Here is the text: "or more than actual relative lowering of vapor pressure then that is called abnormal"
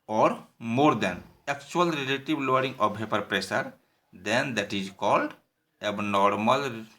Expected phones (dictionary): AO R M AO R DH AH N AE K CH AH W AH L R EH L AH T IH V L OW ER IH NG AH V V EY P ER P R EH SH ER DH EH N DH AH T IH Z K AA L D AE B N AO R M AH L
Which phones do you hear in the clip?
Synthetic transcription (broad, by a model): AO R M AO R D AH N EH K CH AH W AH L R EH L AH T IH B L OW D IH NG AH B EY P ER P R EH S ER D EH N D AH T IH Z K AA L D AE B N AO R M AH L